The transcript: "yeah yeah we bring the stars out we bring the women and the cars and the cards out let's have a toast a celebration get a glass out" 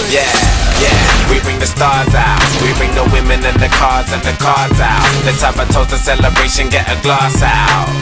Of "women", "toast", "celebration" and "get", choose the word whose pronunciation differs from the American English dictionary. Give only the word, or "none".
toast